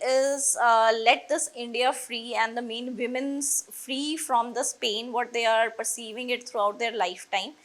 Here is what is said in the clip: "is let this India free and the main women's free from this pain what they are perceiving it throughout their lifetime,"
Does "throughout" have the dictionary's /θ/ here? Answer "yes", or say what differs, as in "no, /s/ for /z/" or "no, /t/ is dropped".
no, /t/ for /θ/